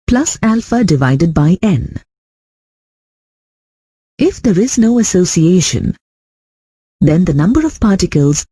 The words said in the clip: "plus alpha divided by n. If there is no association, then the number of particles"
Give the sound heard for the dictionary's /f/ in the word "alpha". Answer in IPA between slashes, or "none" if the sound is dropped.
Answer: /f/